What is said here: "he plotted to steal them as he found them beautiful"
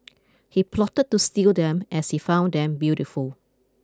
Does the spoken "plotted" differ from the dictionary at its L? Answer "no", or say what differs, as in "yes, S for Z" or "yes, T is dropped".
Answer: no